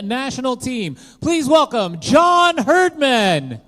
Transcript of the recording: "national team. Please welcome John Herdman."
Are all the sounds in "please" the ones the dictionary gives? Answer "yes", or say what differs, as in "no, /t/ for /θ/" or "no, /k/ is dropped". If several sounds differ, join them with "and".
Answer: yes